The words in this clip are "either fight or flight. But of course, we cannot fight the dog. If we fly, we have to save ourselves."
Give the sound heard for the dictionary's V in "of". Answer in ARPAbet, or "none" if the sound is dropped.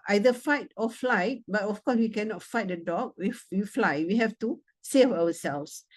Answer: F